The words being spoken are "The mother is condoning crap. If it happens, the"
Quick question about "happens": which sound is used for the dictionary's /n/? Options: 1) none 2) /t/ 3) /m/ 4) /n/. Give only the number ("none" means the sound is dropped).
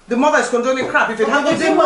1